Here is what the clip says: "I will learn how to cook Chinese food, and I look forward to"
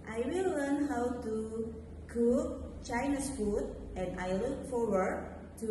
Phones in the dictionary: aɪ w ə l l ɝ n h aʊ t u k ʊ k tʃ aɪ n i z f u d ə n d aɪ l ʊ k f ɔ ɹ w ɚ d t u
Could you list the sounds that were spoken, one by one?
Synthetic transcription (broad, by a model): aɪ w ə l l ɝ n h aʊ t u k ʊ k tʃ aɪ n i s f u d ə n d aɪ l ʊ k f ɔ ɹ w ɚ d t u